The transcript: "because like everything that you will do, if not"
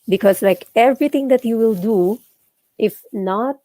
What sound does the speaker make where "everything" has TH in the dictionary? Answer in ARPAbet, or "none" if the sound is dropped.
T